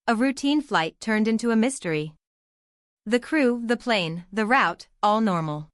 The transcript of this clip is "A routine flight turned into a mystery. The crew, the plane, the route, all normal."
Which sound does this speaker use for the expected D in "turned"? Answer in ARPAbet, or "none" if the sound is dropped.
D